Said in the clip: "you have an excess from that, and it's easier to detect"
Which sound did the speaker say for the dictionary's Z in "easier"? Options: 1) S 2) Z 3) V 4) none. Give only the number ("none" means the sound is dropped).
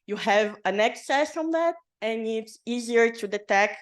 2